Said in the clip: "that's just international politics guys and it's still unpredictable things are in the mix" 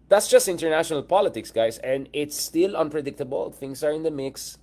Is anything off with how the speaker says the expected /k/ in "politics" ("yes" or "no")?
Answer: no